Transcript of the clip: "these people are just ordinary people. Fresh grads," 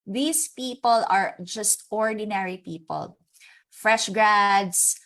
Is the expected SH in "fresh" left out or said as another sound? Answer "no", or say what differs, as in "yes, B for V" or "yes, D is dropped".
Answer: no